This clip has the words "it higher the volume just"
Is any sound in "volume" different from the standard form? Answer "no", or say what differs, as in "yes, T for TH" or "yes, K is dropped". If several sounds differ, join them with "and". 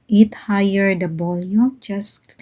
yes, B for V